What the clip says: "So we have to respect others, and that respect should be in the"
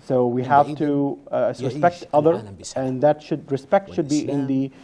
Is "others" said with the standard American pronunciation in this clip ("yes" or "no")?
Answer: no